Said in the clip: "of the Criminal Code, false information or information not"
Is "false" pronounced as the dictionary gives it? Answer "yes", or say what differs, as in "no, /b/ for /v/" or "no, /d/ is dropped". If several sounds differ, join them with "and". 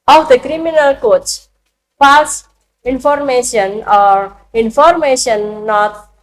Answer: no, /l/ is dropped